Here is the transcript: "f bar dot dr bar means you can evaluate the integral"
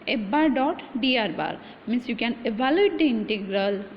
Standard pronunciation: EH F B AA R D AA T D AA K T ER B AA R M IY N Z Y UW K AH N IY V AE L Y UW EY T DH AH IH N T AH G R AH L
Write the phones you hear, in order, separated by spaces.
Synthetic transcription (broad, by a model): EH B AA R D AA T D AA T B AA R M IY N S Y UW K AH N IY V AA L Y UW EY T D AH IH N T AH G R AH L